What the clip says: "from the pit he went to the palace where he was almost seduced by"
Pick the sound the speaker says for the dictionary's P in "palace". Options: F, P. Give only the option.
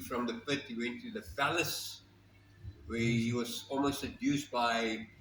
F